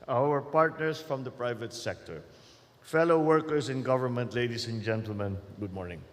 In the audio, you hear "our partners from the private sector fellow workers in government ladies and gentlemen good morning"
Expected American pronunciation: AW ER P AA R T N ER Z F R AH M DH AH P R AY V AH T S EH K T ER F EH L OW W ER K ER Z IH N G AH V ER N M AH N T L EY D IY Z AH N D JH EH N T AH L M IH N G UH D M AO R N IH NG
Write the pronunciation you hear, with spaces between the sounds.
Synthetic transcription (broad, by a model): AW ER P AA R T N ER S F R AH M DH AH P R AY V AH T S EH K T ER F EH L OW W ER K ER S IH N G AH V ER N M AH N T L EY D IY S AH N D JH EH N T AH L M IH N G UH D M AO R N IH NG